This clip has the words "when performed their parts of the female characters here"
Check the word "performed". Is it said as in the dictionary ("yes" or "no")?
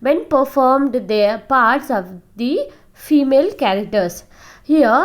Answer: yes